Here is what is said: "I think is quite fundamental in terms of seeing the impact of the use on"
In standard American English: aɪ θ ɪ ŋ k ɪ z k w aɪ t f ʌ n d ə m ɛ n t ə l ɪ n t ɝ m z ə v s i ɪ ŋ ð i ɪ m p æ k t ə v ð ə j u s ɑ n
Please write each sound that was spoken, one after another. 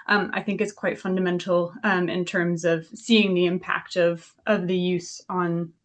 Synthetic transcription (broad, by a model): aɪ θ ɪ ŋ k ɪ s k w aɪ t f ʌ n d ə m ɛ n t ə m ɪ n t ɝ m z ə v s i ɪ ŋ ð i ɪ m p æ k t ə v ð ə j u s n